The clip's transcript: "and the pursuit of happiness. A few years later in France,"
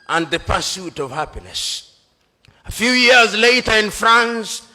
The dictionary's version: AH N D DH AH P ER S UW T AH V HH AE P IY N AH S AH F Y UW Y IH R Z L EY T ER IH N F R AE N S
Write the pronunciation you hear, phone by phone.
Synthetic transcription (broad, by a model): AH N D DH AH P ER S UW T AH V HH AE P IY N AH S AH F Y UW Y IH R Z L EY T ER IH N F R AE N S